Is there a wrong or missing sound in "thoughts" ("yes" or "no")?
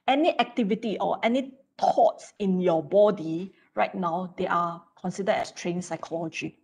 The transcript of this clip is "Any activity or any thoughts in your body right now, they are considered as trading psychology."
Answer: yes